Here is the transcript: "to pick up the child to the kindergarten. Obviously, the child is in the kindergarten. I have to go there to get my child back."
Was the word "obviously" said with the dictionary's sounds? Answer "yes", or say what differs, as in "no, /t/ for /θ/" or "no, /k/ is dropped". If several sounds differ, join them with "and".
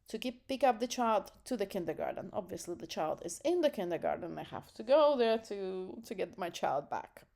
yes